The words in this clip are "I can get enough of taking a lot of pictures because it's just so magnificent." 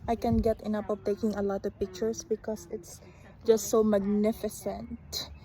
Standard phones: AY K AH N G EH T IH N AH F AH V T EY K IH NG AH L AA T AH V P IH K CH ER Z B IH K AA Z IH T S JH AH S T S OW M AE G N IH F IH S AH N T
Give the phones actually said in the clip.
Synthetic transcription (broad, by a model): AY K AH N G EH T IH N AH P AH V T EY K IH NG AH L AA T AH V P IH K CH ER S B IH K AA S IH T S JH AH S T S OW M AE G N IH F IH S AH N T